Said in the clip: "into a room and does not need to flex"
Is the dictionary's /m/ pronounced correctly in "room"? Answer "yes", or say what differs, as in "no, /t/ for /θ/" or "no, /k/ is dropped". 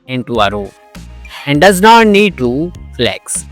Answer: no, /m/ is dropped